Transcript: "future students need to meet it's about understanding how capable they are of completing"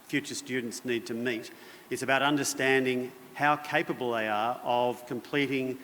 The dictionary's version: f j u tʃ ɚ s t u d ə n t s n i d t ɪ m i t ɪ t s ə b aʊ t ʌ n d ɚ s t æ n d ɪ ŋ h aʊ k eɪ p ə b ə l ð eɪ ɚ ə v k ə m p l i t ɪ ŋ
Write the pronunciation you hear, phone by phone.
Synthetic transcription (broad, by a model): f j u tʃ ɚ s t u d n t s n i d t ɪ m i t ɪ t s ə b aʊ t ʌ n d ɚ s t æ n d ɪ ŋ h aʊ k eɪ p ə b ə l ð eɪ ɚ ə v k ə m p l i t ɪ ŋ